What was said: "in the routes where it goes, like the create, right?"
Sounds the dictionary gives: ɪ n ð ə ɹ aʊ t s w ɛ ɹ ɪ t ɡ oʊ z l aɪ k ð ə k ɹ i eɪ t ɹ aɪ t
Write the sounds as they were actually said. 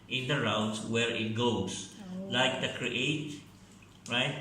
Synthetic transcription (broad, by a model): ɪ n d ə ɹ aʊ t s w ɛ ɹ ɪ t ɡ oʊ s l aɪ k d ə k ɹ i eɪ t ɹ aɪ t